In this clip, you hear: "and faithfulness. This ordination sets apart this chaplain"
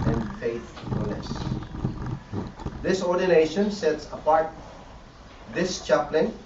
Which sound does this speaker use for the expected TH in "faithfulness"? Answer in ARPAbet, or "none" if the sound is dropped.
F